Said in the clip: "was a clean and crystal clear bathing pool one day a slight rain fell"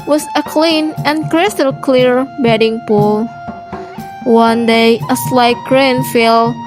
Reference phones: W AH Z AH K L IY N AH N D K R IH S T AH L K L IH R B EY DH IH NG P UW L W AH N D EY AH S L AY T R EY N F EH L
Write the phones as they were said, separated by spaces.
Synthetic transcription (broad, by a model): W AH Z AH K L IY N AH N K R IH S T AH L K L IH R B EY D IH NG P UW L W AH N D EY AH S L AY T R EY N F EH L